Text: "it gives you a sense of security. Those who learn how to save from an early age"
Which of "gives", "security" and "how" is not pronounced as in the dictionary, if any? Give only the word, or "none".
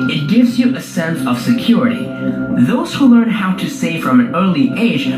none